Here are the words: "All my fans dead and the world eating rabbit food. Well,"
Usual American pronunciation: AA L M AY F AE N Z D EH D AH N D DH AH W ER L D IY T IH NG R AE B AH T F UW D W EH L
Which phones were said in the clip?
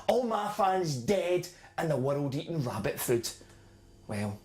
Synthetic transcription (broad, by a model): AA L M AY F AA N Z D EH D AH N DH AH W ER L D IY T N R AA B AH T F UW D W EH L